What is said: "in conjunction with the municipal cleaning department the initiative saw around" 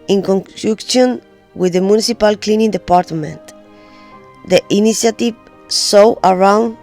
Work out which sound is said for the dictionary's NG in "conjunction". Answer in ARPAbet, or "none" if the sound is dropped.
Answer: none